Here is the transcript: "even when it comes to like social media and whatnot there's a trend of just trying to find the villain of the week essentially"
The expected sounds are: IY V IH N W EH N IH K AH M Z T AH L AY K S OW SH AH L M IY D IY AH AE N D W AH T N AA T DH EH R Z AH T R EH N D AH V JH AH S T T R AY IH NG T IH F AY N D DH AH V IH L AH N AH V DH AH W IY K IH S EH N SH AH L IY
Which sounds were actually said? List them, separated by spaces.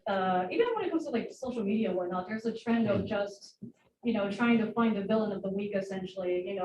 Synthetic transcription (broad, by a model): IY V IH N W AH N IH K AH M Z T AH L AY K S OW SH L M IY D IY AH W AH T N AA T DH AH R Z AH T R EH N D AH V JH AH S T T R AY IH NG T IH F AY N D DH AH V IH L AH N AH V DH AH W IY K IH S EH N SH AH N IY